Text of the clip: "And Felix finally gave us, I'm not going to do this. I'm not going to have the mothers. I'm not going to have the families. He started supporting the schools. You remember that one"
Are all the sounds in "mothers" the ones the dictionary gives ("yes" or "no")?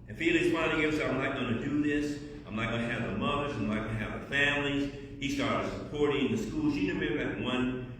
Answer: yes